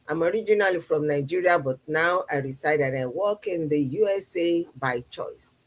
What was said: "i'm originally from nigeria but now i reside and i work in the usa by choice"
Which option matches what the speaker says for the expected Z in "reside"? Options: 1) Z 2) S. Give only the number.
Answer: 2